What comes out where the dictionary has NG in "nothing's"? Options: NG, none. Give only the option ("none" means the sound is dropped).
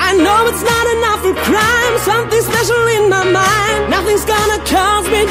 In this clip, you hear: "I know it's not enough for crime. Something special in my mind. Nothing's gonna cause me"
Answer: NG